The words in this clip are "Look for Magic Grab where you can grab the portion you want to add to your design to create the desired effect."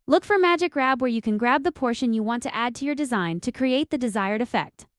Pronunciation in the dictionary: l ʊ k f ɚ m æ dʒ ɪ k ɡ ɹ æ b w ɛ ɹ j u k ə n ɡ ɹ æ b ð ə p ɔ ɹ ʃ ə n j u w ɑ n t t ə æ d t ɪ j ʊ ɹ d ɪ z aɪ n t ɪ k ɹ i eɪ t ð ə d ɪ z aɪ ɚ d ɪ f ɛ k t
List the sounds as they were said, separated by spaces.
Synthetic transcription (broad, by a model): l ʊ k f ɚ m æ dʒ ɪ k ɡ ɹ æ b w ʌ ɹ j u k ə n ɡ ɹ æ b ð ə p ɔ ɹ ʃ ə n j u w ɑ n t t æ d t ɪ j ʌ ɹ d ɪ z aɪ n t ɪ k ɹ i eɪ t ð ə d ɪ z aɪ ɚ d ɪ f ɛ k t